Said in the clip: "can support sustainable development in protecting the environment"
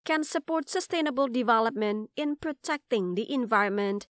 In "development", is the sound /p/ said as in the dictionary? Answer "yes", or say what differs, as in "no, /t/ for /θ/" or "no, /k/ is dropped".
yes